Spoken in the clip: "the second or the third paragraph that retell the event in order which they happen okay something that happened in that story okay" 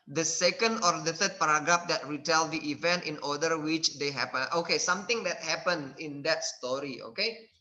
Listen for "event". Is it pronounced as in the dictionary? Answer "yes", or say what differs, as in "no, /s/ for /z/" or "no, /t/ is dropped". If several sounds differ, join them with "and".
yes